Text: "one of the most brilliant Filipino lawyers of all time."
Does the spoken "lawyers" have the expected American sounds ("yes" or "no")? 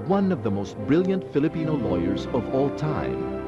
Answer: yes